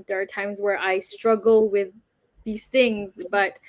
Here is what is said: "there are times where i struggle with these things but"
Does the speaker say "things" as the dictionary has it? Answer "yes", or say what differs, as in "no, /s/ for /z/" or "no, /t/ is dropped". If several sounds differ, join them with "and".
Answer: yes